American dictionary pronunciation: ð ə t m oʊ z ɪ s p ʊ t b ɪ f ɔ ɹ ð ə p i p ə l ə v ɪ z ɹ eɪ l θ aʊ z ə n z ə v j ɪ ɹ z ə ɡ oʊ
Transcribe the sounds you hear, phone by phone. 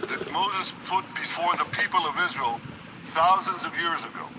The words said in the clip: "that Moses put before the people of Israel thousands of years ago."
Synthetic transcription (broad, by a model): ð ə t m oʊ z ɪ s p ʊ t b ɪ f ɔ ɹ ð ə p i p ə l ə v ɪ z ɹ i l θ aʊ z ə n z ə v j ɪ ɹ z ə ɡ oʊ